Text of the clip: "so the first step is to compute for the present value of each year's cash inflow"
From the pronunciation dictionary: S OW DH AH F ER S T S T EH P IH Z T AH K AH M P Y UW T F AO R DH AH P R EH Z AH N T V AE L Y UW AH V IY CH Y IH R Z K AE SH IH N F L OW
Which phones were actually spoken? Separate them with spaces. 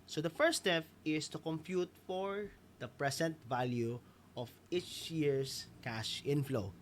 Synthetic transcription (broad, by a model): S OW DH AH F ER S S T EH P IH S T AH K AH M P Y UW T F AO R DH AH P R EH S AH N T V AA L Y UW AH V IY CH Y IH R S K AE SH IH N F L OW